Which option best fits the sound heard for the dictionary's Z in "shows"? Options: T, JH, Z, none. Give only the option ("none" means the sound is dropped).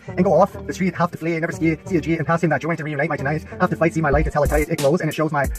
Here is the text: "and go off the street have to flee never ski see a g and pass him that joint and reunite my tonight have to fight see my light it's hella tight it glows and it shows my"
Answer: Z